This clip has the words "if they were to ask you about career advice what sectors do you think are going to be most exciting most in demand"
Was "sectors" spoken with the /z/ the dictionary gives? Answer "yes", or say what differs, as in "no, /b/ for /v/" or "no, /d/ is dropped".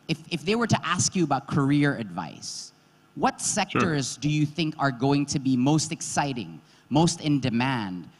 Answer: yes